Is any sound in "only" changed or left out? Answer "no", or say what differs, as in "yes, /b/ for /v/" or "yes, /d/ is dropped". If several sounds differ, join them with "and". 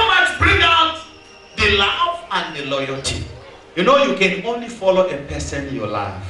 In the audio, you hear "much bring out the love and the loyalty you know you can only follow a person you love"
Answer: no